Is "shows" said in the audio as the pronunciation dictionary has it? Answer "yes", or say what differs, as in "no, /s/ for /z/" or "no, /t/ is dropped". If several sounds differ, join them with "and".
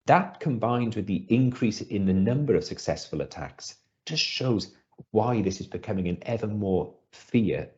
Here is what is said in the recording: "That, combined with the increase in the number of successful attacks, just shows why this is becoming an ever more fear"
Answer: yes